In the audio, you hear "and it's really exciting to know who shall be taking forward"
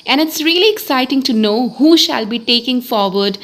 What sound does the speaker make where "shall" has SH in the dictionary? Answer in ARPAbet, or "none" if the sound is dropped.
SH